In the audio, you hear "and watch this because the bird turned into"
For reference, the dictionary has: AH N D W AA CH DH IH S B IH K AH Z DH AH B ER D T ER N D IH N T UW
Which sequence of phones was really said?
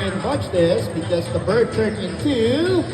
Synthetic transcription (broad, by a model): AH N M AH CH DH IH S B IH K AH Z DH AH B ER D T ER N IH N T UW